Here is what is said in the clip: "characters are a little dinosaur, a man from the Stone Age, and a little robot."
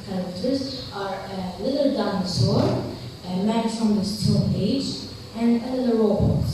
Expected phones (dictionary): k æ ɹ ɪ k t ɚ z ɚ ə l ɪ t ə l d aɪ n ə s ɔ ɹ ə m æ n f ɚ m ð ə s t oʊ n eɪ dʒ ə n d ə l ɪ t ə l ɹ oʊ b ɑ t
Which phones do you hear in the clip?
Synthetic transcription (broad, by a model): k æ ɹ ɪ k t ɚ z ɚ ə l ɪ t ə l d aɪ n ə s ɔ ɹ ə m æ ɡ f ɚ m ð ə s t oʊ l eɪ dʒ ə n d ə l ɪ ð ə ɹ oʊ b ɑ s